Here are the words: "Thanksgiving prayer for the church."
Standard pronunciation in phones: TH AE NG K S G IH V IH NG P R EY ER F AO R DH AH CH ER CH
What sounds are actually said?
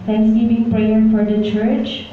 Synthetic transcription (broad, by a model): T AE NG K S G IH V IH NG P R EY ER F AO R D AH CH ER CH